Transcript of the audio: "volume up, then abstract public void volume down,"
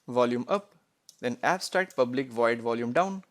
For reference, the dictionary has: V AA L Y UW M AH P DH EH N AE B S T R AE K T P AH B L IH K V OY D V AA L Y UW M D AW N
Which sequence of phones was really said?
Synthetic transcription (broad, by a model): V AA L Y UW M AH P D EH N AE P S T R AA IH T P AH B L IH K V OY D V AA L Y UW M D AW N